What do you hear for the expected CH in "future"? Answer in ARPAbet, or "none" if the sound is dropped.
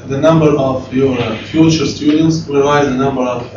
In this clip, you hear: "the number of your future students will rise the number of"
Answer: CH